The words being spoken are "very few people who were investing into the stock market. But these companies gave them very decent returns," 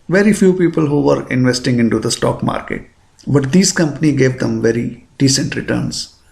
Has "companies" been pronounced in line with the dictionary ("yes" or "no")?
no